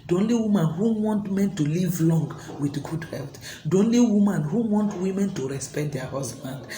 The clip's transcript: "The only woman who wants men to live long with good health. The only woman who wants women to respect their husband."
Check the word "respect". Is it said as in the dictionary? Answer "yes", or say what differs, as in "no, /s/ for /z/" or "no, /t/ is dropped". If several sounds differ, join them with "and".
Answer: yes